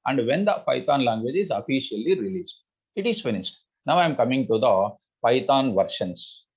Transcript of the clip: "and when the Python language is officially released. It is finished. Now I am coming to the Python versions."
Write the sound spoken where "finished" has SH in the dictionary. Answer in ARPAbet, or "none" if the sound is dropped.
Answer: S